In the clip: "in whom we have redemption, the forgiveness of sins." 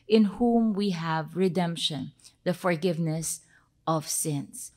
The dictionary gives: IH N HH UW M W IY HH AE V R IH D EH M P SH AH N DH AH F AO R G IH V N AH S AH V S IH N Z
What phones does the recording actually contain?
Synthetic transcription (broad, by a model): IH N HH UW M W IY HH AE V R IH D EH M P SH AH N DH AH F AO R G IH V N AH S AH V S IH N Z